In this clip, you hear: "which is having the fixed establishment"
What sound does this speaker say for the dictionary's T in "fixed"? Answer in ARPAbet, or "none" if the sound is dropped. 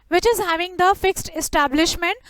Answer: T